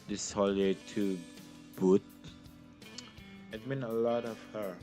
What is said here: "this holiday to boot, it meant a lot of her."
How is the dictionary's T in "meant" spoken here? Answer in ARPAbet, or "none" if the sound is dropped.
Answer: none